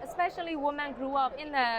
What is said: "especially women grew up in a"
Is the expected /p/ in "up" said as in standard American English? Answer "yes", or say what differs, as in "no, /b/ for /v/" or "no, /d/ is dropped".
yes